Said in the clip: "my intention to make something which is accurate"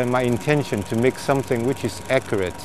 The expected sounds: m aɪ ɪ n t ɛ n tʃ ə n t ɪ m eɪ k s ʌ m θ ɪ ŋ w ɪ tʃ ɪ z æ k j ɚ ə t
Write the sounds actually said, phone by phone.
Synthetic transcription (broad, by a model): m aɪ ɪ n t ɛ n ʃ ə n t ɪ m eɪ k s ʌ m θ ɪ ŋ w ɪ tʃ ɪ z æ k j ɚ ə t